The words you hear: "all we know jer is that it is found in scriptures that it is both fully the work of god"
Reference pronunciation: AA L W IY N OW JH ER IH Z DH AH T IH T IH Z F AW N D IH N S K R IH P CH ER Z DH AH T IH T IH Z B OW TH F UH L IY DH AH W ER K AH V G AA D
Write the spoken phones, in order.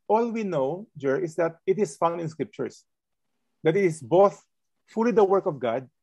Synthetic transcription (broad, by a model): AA L W IY N OW JH ER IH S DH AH T IH T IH S F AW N IH N S K R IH P CH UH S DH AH T IH T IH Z B OW TH F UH L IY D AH W ER K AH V G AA D